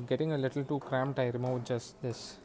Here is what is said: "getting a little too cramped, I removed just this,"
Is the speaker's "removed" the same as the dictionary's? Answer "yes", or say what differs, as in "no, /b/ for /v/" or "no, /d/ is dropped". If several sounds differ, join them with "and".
no, /v/ is dropped